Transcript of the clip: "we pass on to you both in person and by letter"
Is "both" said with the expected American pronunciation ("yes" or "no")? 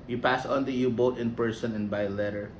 no